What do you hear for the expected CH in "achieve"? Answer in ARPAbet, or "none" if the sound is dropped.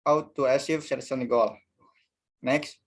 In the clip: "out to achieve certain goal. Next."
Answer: S